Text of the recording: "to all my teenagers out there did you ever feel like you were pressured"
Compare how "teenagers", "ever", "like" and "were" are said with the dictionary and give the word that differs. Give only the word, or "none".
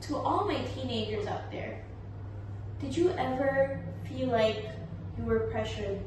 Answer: none